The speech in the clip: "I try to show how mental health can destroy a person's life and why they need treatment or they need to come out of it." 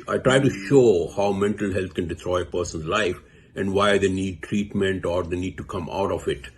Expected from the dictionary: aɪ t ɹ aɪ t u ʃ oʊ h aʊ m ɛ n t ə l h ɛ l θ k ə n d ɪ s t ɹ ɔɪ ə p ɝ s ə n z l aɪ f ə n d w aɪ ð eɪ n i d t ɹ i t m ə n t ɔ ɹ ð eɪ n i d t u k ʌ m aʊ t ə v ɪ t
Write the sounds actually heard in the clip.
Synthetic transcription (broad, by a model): aɪ t ɹ aɪ t u ʃ oʊ h aʊ m ɛ n t ə l h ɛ l t k ə n d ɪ t ɹ ɔɪ ə p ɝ s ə n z l aɪ f ə n d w aɪ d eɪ n i d t ɹ i t m ə n t ɔ ɹ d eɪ n i d t u k ʌ m aʊ t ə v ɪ t